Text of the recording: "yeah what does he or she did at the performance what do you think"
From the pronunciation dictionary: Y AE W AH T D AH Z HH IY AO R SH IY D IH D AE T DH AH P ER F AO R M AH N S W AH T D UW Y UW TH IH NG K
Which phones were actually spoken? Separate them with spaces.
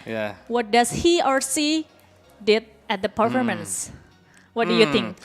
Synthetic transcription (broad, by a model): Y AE W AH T D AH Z HH IY AO R S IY D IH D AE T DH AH P ER F AO R M AH N S W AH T D UW Y UW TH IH NG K